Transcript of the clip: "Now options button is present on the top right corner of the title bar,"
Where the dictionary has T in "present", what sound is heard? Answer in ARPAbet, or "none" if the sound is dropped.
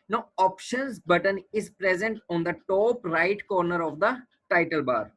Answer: T